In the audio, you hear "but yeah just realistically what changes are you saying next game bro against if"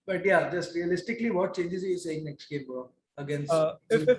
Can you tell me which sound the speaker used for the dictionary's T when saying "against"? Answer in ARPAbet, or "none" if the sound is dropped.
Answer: none